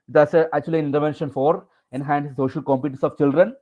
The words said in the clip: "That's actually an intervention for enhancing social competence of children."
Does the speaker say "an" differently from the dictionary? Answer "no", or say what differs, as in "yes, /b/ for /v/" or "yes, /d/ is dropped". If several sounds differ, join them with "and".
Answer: yes, /l/ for /n/